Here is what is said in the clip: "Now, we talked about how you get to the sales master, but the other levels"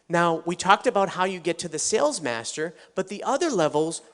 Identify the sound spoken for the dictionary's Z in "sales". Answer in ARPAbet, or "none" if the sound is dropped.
Z